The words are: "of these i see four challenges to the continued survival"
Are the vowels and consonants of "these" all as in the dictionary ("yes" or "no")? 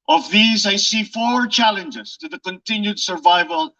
yes